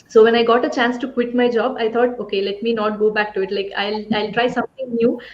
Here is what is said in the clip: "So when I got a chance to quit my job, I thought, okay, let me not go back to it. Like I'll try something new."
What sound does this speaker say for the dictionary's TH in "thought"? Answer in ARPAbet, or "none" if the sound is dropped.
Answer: T